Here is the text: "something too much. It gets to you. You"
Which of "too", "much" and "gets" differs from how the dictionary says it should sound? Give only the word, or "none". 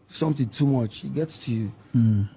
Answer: none